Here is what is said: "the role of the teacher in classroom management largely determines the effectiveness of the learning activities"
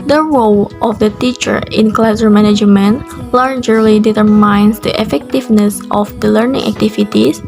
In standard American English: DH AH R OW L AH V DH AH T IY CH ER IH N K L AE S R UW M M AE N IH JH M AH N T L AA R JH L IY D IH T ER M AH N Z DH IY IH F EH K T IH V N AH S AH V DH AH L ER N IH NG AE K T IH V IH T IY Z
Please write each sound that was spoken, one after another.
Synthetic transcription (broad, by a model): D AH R OW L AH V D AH T IY CH ER IH N K L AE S AH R M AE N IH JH M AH N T L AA R JH L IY D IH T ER M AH N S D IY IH F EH K T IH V N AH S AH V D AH L ER N IH NG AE K T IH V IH T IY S